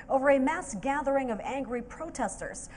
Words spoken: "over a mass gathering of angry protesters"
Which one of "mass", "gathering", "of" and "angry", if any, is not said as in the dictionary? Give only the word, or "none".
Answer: none